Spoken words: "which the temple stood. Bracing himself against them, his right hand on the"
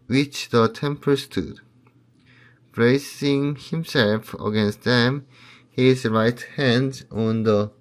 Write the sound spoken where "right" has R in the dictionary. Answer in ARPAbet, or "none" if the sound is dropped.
R